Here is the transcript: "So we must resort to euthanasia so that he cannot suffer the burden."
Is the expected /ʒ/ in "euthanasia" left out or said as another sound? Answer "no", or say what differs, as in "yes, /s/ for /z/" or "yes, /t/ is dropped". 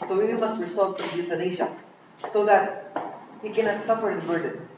yes, /ʃ/ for /ʒ/